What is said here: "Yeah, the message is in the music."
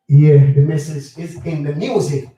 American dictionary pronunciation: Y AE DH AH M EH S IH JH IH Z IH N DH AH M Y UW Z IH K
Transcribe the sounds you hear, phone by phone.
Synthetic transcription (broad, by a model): Y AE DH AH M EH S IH Z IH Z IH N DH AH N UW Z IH